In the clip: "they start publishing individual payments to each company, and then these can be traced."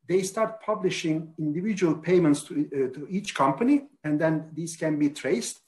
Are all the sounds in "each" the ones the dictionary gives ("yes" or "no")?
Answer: yes